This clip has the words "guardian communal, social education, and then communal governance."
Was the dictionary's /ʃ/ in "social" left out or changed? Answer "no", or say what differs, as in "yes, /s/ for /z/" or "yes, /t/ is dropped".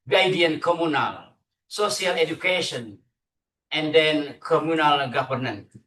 yes, /s/ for /ʃ/